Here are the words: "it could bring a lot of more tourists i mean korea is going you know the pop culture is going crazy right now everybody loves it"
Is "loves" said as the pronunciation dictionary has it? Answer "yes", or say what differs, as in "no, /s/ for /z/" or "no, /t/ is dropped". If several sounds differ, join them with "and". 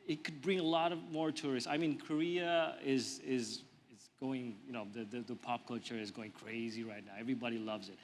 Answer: yes